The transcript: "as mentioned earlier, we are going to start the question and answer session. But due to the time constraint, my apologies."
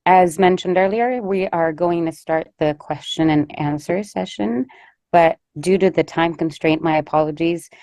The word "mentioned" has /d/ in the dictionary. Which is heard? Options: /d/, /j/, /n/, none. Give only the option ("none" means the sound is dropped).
/d/